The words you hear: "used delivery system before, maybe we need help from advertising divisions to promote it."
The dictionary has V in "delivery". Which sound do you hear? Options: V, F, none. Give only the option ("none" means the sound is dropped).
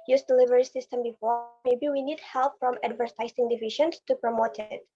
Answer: V